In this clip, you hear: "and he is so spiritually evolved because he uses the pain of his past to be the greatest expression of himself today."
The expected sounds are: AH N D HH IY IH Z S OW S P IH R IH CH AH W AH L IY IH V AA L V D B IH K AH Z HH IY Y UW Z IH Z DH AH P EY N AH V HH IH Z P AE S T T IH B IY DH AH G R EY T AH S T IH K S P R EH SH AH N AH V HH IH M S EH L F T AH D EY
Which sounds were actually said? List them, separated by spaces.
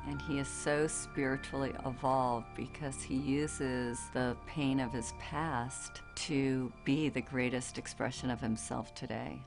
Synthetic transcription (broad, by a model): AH N IY IH Z S OW S P IH R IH CH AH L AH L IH V AA L V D B IH K AH Z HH IY Y UW Z IH Z DH AH P EY N AH V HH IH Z P AE S T T IH B IY DH AH G R EY T AH S T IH K S P R EH SH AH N AH V HH IH M S EH L F T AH D EY